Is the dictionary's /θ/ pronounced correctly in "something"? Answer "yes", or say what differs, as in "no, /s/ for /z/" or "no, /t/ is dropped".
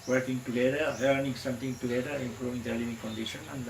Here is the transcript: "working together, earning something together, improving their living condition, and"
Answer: no, /t/ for /θ/